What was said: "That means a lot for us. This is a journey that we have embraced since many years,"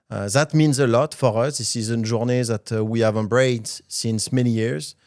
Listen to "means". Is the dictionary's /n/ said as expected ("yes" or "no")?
yes